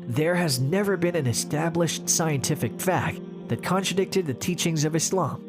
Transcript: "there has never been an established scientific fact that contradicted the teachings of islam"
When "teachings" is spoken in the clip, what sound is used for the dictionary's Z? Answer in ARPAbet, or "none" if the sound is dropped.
Z